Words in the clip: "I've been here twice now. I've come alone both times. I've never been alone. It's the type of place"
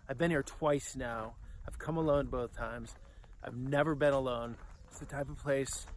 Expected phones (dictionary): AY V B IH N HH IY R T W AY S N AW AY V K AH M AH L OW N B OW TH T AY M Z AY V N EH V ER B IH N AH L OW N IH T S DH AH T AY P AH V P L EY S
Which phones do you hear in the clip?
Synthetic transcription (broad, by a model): AY V B IH N HH IY R T W AY S N AW AY V K AH M AH L OW N B OW TH T AY M Z AY V N EH V ER B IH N AH L OW N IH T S DH AH T AY P AH V P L EY S